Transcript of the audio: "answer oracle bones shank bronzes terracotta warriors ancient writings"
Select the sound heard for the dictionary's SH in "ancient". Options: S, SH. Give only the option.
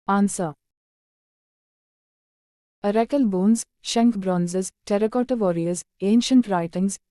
SH